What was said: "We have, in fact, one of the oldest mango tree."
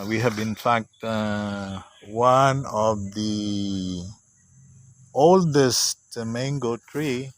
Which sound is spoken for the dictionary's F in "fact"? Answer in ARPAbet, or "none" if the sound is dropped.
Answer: F